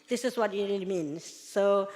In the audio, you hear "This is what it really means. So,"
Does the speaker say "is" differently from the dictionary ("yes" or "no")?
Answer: yes